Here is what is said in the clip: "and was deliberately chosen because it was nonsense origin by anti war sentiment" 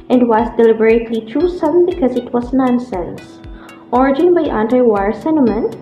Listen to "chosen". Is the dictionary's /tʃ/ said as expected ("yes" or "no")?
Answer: no